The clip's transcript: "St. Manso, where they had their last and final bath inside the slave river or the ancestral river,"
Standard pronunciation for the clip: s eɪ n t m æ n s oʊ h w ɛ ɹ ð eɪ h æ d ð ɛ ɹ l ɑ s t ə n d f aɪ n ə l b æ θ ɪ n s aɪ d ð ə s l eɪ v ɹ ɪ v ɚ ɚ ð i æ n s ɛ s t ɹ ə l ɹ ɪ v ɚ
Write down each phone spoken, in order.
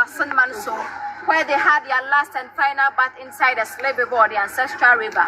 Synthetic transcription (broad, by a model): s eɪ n m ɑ n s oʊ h w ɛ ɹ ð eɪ h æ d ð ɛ l ɑ s t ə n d f aɪ n ə l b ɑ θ ɪ n s aɪ d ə s l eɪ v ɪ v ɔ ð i æ n s ɛ s t ɹ ə l ɹ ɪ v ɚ